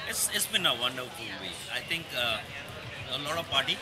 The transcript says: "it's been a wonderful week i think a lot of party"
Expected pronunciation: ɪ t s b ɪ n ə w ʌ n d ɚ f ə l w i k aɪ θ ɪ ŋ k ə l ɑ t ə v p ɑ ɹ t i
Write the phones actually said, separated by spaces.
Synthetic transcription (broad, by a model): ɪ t s b ɪ n ə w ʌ n d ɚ f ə l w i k aɪ t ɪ ŋ k ə l ɑ t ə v p ɑ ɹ t i